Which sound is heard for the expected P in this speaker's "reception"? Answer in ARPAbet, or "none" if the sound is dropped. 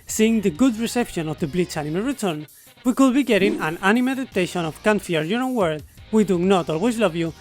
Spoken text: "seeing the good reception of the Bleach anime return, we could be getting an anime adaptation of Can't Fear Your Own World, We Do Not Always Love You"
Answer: P